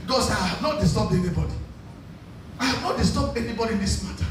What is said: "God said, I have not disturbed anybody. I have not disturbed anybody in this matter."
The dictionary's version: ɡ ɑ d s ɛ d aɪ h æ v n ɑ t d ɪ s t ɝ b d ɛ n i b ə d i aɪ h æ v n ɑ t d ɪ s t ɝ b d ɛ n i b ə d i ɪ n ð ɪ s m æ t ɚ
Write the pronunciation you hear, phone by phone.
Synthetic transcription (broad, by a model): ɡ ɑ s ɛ aɪ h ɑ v n ɑ t d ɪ s t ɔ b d ɛ n i b ə d i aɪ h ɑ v n ɑ t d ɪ s t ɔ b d ɛ n i b ə d i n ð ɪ s m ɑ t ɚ